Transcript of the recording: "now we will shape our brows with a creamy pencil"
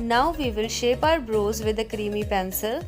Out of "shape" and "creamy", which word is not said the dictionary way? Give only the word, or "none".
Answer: none